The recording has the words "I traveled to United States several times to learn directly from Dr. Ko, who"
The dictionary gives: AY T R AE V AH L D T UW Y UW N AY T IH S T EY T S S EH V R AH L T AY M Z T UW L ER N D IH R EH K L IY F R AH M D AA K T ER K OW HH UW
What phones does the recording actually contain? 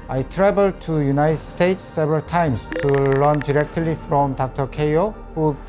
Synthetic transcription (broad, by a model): AY T R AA B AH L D T UW Y UW N AY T S T EY T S S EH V R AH L T AY M S T UW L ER N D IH R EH K L IY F R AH M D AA K T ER K OW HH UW